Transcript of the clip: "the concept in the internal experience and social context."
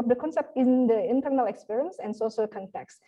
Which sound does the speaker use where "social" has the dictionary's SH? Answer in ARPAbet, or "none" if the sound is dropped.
S